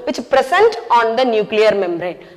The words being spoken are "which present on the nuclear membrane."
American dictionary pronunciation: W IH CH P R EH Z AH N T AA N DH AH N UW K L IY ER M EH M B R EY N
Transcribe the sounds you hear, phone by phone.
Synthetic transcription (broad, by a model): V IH CH P R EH S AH N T AA N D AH N UW K L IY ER M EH M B R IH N